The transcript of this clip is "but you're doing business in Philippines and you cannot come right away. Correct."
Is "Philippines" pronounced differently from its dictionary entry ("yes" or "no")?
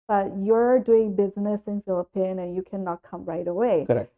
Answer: yes